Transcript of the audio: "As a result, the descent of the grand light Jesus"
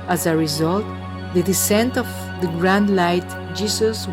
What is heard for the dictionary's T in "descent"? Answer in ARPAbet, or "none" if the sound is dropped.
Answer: T